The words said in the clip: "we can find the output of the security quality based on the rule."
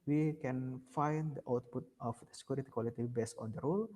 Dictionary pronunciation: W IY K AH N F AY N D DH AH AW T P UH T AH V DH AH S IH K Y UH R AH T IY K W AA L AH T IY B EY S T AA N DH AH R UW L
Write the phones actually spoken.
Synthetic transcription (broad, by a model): W IY K AH N F AY N D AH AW T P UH T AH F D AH S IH K Y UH R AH T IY K W AA L AH T IY B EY S AA N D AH R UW L